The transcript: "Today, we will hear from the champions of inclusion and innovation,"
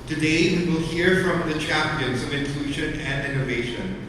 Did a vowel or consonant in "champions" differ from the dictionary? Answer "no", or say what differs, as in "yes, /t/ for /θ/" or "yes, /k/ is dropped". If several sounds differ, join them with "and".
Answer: no